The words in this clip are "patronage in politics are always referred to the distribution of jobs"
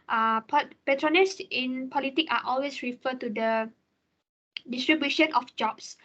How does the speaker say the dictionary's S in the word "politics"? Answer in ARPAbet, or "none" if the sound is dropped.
none